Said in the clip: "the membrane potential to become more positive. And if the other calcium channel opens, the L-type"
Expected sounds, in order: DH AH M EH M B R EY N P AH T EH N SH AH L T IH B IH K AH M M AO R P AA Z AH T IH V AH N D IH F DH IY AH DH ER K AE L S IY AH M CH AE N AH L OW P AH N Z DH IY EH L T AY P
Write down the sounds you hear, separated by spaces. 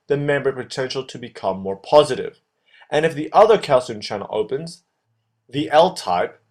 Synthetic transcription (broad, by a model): DH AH M EH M B AH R P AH T EH N SH L T IH B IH K AH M M AO R P AA Z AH T IH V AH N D IH F DH IY AH DH ER K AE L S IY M CH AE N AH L OW P AH N Z DH IY EH L T AY P